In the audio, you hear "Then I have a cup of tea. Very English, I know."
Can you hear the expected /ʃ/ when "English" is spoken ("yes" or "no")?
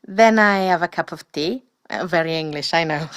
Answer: yes